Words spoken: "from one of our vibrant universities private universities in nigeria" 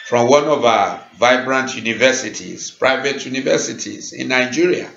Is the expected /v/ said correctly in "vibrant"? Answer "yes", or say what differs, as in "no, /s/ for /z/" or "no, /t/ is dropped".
yes